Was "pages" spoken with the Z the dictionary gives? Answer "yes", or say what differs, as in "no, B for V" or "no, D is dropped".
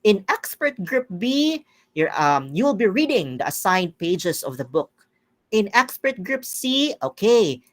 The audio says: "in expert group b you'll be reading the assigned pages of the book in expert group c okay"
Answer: no, S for Z